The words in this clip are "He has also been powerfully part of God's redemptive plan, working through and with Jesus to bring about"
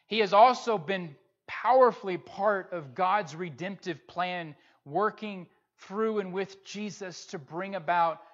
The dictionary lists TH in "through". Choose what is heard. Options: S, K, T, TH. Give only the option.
TH